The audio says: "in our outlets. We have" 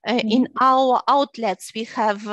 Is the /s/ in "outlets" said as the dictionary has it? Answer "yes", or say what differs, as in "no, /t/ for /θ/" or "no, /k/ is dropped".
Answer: yes